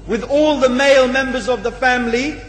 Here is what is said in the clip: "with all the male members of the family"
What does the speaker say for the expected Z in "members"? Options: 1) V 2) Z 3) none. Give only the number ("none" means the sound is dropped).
2